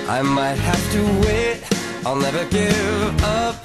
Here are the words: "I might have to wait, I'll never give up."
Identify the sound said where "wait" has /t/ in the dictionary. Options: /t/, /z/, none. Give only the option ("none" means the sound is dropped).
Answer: /t/